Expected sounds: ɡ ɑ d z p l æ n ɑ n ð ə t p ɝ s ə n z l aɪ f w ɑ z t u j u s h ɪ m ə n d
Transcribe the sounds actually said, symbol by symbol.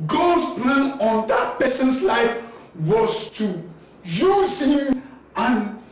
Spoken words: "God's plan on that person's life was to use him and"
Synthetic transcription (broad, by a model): ɡ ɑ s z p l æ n ɑ n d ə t p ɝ s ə n s l aɪ f w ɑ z t u j u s h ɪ m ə n